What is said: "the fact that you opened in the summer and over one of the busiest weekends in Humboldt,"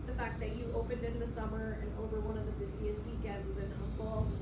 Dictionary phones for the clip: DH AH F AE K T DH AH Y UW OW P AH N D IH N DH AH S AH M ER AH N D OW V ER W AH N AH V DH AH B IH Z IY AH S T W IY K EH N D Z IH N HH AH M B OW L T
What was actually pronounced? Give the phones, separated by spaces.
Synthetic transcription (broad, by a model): DH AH F AE K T DH AH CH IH OW P AH N D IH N DH AH S AH M ER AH N OW V ER W AH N AH V DH AH B IH Z IY AH S T W IY K EH N D Z IH N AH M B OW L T